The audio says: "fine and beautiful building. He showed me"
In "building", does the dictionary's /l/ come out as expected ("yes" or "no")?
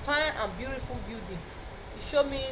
no